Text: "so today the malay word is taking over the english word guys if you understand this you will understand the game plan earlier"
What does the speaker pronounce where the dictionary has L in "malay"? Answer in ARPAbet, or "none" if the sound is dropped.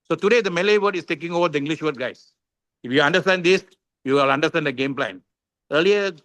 L